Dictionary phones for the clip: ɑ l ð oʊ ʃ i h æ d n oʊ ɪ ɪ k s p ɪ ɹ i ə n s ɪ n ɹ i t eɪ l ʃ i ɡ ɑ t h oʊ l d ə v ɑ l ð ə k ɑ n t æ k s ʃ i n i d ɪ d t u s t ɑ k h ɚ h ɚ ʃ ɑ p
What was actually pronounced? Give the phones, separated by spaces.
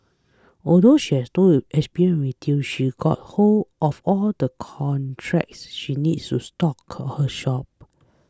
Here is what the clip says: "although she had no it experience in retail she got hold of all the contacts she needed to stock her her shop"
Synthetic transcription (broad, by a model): ɑ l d oʊ ʃ i h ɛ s n oʊ ɪ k s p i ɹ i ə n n w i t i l ʃ i ɡ ɑ t h oʊ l ə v ɑ l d ə k ɑ n t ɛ k s ʃ i n i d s t u s t ɑ k h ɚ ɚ ʃ ɑ p